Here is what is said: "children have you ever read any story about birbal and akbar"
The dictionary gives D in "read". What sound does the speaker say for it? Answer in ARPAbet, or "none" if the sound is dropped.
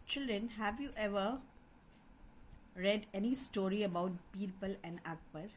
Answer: D